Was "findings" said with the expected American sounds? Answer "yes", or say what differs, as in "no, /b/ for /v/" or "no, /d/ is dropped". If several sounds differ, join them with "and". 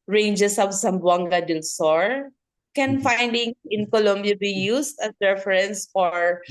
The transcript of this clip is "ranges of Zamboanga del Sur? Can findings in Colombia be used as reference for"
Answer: no, /z/ is dropped